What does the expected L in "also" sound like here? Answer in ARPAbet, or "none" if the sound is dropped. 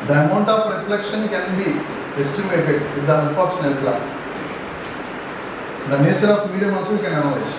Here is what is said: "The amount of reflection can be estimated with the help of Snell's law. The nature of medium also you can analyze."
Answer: none